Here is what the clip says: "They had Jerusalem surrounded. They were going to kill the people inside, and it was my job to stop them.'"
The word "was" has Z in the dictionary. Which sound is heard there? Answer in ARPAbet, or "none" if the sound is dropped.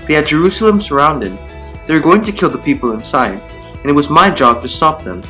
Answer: Z